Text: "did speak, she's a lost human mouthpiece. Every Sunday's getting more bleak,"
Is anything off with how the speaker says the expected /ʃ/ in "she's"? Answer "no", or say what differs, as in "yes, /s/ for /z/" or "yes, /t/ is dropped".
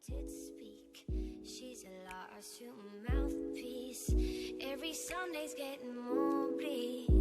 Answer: no